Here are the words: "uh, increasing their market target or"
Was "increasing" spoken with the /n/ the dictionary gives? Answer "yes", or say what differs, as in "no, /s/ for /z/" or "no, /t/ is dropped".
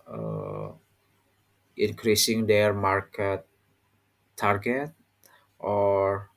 yes